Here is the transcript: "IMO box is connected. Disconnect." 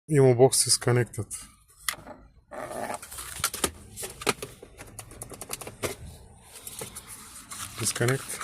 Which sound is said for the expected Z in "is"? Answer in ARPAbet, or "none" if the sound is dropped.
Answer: S